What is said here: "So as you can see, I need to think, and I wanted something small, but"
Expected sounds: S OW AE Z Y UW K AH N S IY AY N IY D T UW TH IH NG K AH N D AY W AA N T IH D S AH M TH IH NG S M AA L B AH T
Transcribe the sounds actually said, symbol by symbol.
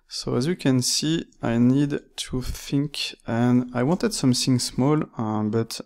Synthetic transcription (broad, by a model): S OW AE Z Y UW K AH N S IY AY N IY D T UW TH IH NG K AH N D AY W AA N T IH D S AH M TH IH NG S M AA L B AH T